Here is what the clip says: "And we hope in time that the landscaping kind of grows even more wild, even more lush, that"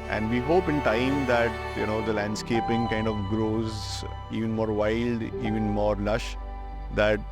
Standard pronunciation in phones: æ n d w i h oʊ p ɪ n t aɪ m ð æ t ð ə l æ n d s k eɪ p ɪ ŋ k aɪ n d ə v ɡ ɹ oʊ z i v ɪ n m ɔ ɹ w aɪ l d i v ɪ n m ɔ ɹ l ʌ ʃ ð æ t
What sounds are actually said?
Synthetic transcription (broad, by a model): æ n d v i h oʊ p ɪ n t aɪ m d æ t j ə l æ n d s k eɪ p ɪ ŋ k aɪ n d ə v ɡ ɹ oʊ z i v ɪ n m ɔ ɹ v aɪ l d i v ɪ n m ɔ ɹ l ʌ ʃ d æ t